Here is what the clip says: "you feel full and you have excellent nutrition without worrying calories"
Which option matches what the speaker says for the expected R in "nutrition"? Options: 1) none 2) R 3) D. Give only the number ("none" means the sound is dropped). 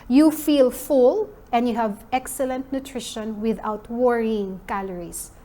2